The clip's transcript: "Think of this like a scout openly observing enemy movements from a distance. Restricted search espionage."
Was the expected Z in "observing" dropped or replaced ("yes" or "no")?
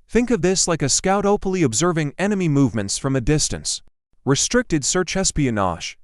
no